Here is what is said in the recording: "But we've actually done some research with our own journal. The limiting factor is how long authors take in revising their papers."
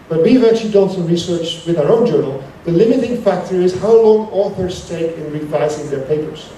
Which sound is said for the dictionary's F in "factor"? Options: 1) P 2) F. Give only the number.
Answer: 2